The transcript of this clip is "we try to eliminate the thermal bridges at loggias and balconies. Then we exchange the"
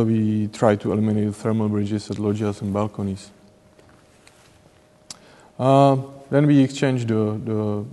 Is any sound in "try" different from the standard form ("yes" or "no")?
no